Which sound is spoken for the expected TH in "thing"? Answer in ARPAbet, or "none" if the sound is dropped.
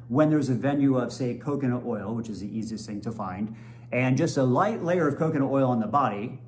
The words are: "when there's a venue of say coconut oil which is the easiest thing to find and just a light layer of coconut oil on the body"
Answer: TH